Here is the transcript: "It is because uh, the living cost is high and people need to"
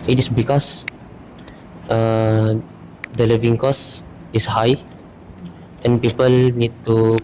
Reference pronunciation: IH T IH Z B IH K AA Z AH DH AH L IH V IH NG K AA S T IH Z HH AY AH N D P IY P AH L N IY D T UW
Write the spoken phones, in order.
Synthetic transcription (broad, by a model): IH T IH S B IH K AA S AH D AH L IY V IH NG K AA S IH S HH AY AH N P IY P AH L N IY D T UW